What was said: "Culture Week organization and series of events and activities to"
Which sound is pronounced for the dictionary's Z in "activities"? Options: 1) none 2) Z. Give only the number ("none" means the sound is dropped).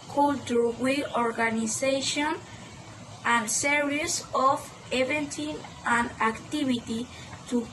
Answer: 1